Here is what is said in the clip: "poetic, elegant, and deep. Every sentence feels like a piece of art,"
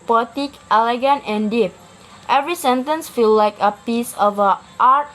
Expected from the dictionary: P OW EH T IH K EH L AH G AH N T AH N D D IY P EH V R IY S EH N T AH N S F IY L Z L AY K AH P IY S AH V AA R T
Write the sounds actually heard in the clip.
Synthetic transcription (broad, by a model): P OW T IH K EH L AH G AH N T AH N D D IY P EH V R IY S EH N T AH N S F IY L L AY K AH P IY S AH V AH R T